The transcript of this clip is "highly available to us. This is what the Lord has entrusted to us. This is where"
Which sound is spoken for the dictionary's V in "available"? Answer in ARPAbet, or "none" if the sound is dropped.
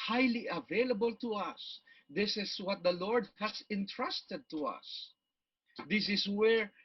V